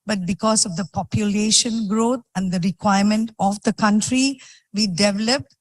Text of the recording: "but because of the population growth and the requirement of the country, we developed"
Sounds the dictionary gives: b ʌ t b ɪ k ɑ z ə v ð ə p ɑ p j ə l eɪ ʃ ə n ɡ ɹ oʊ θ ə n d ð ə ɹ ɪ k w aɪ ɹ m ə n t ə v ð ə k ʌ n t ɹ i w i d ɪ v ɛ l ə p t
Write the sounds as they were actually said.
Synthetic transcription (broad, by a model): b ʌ t b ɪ k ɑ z ə v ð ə p ɑ p j ə l eɪ ʃ ə n ɡ ɹ oʊ t ə n d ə ɹ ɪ k w aɪ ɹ m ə n t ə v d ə k ʌ n t ɹ i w i d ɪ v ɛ l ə p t